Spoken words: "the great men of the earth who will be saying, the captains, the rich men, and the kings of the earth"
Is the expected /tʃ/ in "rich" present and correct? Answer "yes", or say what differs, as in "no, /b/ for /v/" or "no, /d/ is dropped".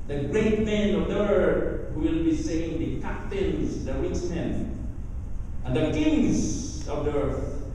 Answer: no, /s/ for /tʃ/